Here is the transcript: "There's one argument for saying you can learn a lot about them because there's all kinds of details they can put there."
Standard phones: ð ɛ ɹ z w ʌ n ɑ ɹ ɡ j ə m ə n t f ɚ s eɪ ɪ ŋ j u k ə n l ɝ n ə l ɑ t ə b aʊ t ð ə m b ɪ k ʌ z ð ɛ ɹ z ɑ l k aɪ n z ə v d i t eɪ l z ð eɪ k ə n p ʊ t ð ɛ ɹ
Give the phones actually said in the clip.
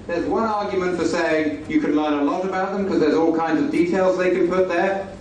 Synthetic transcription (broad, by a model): ð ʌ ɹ z w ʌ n ɑ ɹ ɡ j ə m ə n t f ɚ s eɪ ɪ ŋ j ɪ k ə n l ɝ n ə l ɑ t ə b aʊ t ð ə m k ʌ z ð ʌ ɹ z ɑ l k aɪ n z ə v d i t eɪ l z ð eɪ k ə n p ʊ t ð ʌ ɹ